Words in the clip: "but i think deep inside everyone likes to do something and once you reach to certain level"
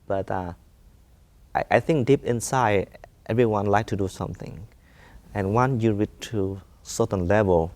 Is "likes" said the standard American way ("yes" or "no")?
no